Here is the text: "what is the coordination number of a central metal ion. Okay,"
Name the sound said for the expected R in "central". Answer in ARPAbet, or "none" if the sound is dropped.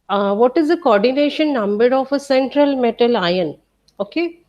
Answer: R